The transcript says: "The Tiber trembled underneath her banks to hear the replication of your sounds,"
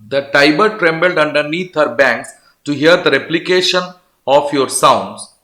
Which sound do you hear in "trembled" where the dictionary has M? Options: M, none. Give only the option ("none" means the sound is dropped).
M